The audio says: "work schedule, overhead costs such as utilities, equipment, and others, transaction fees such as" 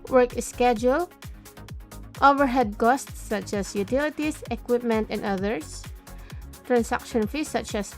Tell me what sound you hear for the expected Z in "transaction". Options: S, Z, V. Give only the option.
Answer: S